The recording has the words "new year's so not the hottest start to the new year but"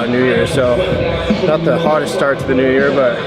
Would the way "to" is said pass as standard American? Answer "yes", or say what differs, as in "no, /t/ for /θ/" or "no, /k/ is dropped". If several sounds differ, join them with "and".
no, /s/ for /t/